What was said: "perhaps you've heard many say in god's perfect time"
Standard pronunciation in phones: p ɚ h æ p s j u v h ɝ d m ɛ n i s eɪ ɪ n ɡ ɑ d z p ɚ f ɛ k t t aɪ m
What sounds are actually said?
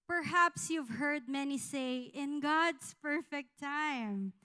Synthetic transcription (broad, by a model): p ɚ h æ p s j u v h ɝ d m ɛ n i s eɪ ɪ n ɡ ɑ d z p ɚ f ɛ k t t aɪ m